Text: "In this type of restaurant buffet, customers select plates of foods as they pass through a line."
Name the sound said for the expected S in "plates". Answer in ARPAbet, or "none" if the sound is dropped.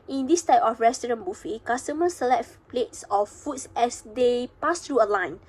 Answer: S